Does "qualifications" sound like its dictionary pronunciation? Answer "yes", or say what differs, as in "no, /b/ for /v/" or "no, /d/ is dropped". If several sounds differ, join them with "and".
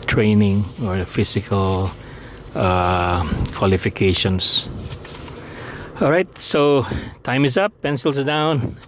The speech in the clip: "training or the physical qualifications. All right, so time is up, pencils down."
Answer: no, /s/ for /z/